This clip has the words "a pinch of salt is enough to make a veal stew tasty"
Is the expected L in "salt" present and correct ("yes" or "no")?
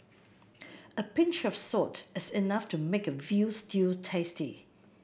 no